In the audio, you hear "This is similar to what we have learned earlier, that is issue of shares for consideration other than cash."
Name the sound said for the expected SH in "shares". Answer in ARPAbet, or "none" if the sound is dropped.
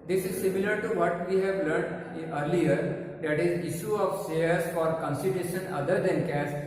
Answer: S